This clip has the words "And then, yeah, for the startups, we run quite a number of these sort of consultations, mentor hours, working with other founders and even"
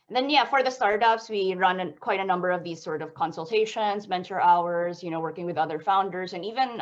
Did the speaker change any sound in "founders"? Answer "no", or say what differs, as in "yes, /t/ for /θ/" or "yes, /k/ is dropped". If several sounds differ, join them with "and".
no